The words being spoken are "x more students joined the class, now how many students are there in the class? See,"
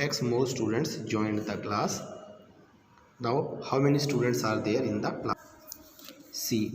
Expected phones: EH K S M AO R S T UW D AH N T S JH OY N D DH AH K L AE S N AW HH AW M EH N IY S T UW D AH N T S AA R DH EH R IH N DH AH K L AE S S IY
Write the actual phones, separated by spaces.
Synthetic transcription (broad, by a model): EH K S M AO L S T UW D AH N T S JH OY N D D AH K L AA S N AW HH AW M EH N IY S T UW D AH N T S AA R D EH R IH N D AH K L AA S S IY